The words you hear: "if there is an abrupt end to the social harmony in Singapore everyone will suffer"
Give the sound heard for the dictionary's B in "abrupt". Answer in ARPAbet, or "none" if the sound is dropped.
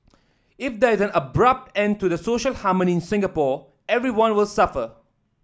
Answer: B